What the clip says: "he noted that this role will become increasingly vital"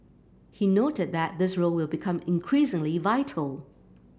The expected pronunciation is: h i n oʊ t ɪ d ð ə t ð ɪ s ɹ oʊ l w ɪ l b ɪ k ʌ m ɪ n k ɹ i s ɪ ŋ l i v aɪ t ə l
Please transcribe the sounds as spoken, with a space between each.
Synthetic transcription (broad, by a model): h i n oʊ t ɪ d ð ə t ð ɪ s ɹ oʊ l w ɪ l b ɪ k ʌ m ɪ n k ɹ i s ɪ ŋ l i v aɪ t ə l